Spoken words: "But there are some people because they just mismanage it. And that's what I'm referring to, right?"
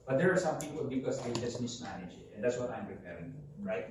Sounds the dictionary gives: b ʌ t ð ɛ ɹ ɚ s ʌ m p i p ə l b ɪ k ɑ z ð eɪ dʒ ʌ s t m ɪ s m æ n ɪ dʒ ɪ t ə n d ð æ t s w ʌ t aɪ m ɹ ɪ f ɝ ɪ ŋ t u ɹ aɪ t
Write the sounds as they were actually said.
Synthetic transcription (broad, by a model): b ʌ t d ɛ ɹ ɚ s ʌ m p i p ə l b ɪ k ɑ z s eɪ dʒ ʌ s t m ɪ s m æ l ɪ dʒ ɪ t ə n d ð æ t s w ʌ t aɪ m ɹ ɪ p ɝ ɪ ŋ t u ɹ aɪ t